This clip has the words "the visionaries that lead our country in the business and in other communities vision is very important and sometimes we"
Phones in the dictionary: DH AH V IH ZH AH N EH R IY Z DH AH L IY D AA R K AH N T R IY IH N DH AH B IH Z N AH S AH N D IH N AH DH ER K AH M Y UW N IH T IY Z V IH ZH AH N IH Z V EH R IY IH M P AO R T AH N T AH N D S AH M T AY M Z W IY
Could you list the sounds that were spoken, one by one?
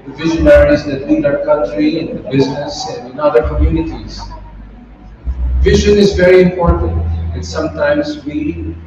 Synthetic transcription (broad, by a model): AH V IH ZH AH N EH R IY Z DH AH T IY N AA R K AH N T R IY IH N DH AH B IH Z N AH S AH N D IH N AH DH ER K AH M Y UW N IH T IY Z V IH ZH AH N IH Z V EH R IY IH M P AO R T AH N T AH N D S AH M T AY M Z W IY